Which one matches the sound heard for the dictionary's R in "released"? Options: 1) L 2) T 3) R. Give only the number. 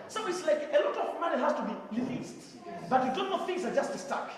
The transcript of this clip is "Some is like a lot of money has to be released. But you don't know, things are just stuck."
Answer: 1